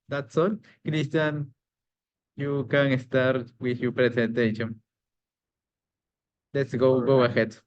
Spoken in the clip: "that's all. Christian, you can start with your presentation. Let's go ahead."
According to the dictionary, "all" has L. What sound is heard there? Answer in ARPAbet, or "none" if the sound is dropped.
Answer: N